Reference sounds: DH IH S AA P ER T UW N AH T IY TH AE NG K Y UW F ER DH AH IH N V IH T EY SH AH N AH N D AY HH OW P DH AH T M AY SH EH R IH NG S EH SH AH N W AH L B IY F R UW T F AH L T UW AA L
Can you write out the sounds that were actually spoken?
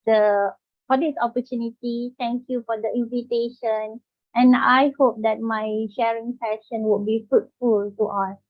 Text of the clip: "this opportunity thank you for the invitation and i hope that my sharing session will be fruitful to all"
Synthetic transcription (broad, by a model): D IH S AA P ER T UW N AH T IY T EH NG K Y UW F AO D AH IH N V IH T EY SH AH N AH N AY HH OW P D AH T M AY SH EH R IH NG S EH SH AH N W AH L B IY F UW T F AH L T UW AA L